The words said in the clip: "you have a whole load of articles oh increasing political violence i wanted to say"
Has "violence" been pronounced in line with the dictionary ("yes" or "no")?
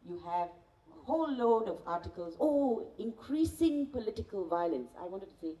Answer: yes